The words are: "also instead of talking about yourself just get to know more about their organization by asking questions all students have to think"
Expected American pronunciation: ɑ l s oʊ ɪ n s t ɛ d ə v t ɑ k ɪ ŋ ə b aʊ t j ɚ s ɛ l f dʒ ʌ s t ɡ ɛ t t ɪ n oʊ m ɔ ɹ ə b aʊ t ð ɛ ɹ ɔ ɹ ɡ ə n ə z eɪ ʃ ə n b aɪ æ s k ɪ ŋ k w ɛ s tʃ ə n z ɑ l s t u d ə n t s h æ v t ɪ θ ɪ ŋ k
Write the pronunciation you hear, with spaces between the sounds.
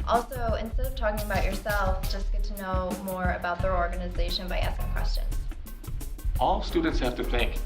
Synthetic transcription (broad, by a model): ɑ l s oʊ ɪ n s t ɛ d ə v t ɑ k ɪ ŋ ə b aʊ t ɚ s ɛ l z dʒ ʌ s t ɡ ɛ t t ɪ n oʊ m ɔ ɹ ə b aʊ t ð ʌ ɹ ɔ ɹ ɡ ə n ə z eɪ ʃ ə n b aɪ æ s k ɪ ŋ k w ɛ s tʃ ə n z ɑ l s t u d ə n t s h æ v t ɪ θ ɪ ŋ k